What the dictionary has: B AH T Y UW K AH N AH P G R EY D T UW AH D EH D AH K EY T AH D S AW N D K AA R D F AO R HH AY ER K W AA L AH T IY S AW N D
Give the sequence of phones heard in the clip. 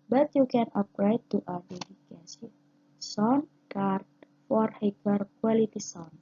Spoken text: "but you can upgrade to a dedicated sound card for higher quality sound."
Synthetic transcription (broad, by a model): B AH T Y UW K AH N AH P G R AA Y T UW AH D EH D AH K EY S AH S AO N K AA R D F AO R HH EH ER K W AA L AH T IY S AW N